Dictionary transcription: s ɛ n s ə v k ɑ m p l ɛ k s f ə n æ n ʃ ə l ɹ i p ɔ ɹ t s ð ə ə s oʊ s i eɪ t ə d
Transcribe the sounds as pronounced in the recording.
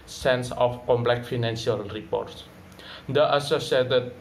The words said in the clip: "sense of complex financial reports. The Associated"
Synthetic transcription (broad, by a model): s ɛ n s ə f k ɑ m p l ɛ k f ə n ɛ n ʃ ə l ɹ i p ɔ ɹ t s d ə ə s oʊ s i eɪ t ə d